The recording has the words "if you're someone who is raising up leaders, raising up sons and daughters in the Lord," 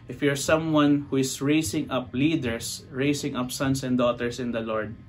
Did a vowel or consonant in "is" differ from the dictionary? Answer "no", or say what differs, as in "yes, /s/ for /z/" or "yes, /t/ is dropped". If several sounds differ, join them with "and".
yes, /s/ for /z/